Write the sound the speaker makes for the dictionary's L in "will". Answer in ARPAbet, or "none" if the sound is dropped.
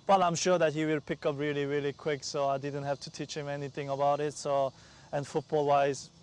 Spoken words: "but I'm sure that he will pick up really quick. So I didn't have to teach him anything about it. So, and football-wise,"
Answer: L